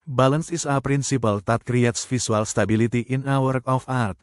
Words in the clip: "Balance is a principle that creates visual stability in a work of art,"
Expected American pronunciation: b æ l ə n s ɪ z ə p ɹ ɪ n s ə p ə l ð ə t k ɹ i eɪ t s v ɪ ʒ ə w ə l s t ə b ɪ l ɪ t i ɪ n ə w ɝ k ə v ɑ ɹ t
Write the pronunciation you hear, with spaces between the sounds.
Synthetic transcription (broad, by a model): b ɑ l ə n s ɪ s ə p ɹ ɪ n s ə p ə l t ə t k ɹ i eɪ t s f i s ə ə l s t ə b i l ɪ t i ɪ n ə w ɝ k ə f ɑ ɹ t